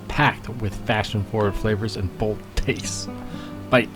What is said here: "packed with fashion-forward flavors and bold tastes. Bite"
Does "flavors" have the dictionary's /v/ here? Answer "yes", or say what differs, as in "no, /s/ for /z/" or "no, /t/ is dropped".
yes